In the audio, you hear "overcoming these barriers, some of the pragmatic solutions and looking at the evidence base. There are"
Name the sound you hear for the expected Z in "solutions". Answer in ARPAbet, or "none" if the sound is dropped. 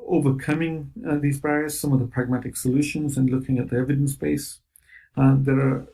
Z